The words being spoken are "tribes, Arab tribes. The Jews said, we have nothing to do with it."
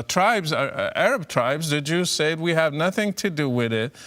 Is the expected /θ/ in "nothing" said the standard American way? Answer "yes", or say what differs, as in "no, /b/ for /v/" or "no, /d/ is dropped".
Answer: yes